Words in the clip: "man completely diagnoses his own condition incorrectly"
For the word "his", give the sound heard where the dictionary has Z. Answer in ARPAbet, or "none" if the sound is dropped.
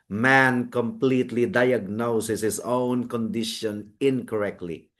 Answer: S